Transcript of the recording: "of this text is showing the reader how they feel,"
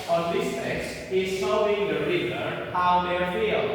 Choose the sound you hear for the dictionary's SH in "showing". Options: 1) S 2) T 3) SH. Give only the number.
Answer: 1